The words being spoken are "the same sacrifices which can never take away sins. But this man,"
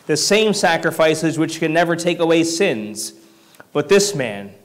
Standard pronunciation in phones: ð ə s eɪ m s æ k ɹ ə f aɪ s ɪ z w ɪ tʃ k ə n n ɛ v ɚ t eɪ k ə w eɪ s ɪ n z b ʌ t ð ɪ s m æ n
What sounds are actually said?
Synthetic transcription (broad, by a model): ð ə s eɪ m s æ k ɹ ə f aɪ s ɪ z w ɪ tʃ k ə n n ɛ v ɚ t eɪ k ə w eɪ s ɪ n z b ʌ t ð ɪ s m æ n